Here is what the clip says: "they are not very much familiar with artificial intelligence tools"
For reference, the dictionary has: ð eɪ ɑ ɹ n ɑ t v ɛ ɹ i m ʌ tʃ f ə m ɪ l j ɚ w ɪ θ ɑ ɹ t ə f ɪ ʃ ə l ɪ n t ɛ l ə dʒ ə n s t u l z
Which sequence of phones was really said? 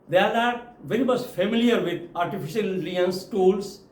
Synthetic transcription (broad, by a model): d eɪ ɑ ɹ n ɑ t v ɛ ɹ i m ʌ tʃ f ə m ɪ l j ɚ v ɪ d ɑ ɹ t ə f ɪ ʃ ə l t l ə ə n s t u l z